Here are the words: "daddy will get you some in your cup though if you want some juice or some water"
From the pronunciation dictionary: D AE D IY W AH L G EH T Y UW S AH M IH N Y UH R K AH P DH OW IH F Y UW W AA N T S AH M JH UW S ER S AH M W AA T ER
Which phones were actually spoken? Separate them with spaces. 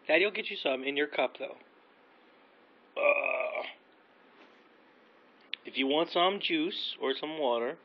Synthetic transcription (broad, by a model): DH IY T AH L G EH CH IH S AH M IH N Y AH R K AH P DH OW IH F Y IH W AA N T S AH M JH UW S ER S AH M W AA T ER